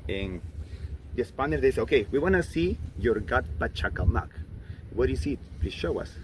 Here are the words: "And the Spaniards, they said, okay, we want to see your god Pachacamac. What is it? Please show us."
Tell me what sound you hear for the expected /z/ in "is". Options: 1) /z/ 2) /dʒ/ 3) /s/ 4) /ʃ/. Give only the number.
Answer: 3